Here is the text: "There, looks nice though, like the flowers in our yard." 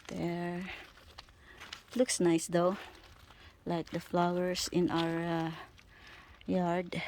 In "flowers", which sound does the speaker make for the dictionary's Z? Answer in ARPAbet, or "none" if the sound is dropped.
S